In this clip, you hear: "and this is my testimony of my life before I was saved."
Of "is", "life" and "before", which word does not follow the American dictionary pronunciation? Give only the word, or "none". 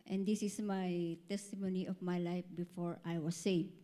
is